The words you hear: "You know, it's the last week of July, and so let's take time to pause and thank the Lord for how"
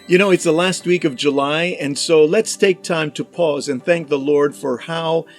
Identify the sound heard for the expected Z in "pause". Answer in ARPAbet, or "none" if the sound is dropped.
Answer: Z